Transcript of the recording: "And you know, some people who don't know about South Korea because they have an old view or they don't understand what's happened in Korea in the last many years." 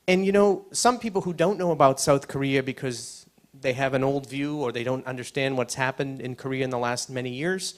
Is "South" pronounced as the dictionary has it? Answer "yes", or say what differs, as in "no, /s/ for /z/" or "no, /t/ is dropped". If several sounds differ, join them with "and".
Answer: yes